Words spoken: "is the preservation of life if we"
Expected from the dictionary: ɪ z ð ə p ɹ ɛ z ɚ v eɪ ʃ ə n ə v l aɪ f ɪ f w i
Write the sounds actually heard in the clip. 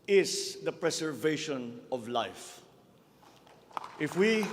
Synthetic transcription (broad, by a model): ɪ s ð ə p ɹ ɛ s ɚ v eɪ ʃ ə n ə v l aɪ f ɪ f w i